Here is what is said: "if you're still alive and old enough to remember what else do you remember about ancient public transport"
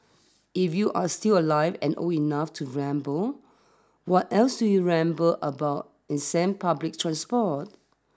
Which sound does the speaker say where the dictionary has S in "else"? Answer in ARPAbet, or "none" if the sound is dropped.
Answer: S